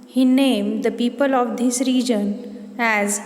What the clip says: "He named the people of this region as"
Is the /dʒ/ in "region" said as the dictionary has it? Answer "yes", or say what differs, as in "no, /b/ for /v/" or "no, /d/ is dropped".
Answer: yes